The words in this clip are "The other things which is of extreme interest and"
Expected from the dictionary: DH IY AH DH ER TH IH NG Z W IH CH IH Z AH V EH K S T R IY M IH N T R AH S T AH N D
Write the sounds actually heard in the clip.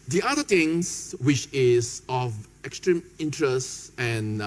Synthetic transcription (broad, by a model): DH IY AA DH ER T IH NG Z W IH CH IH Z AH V EH K S T R IY M IH N T R AH S T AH N